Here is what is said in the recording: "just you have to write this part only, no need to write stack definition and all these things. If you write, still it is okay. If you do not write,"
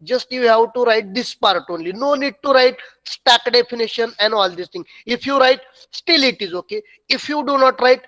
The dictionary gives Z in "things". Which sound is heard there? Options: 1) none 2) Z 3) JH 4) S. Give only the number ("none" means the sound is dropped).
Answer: 1